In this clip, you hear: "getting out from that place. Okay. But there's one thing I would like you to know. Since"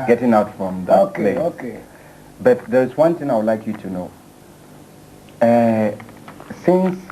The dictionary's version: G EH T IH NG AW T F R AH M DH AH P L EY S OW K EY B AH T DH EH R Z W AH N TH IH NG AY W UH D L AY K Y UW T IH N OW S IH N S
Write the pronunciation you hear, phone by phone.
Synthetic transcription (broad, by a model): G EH T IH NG AW T F R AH M DH AH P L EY OW K EY B AH T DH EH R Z W AH N TH IH NG AY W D L AY K Y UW T IH N OW S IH N S